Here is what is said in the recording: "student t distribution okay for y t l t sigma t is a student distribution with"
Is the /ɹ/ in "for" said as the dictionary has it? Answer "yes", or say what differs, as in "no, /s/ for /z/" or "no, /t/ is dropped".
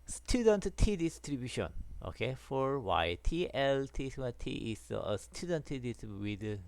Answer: yes